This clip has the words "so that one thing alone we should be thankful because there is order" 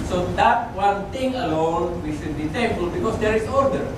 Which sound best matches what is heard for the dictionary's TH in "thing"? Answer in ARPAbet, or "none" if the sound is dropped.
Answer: T